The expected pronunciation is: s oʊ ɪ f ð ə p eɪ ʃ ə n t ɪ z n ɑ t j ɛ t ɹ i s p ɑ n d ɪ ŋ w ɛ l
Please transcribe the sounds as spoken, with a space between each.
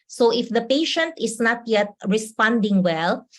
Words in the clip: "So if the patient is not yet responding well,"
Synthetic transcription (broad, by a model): s oʊ ɪ f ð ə p eɪ ʃ ə n t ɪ s n ɑ t j ɛ t ɹ i s p ɑ n d ɪ ŋ w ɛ l